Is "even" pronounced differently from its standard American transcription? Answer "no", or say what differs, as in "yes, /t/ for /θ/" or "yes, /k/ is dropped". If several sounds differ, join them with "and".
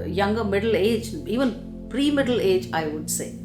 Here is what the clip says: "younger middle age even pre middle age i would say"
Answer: no